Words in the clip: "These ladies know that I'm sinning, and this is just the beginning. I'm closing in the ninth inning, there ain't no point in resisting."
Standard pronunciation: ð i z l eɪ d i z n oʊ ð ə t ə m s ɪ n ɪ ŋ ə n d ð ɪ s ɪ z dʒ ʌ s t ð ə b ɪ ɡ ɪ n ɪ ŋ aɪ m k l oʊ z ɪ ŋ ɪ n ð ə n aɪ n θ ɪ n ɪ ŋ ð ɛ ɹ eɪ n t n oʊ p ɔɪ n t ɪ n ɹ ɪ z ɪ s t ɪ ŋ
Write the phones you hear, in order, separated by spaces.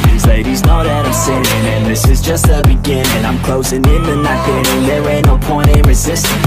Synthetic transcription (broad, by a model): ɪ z l eɪ d i z n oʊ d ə t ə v s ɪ ɪ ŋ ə n ð ɪ s ɪ z dʒ ʌ s t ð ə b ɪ ɡ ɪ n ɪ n aɪ m k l oʊ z ɪ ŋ ɪ n ð ə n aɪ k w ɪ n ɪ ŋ ð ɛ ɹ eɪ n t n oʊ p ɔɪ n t ɪ n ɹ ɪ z ɪ s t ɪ